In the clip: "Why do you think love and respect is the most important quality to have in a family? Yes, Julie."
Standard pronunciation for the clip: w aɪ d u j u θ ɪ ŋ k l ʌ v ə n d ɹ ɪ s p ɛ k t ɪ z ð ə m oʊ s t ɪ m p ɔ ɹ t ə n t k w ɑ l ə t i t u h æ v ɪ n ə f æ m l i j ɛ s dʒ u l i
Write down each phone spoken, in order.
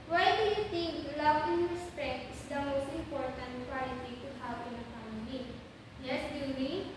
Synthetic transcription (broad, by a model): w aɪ d u j u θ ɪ ŋ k l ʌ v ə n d ɹ ɪ s p ɛ k t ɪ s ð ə m oʊ s t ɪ m p ɔ ɹ t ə n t k w ɑ l ə t i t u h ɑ w ɪ n ə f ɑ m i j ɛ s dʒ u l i